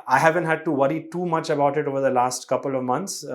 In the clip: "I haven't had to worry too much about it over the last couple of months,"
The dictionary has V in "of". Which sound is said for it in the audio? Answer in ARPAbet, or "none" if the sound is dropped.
V